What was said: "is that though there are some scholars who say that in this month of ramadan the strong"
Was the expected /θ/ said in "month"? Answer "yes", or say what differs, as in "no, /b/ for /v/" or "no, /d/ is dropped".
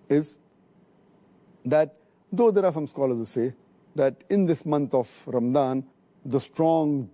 no, /t/ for /θ/